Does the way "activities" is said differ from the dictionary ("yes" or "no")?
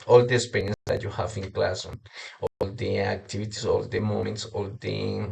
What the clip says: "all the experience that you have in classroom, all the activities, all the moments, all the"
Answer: yes